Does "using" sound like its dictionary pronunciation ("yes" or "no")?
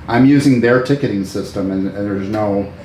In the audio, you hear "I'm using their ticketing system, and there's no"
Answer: yes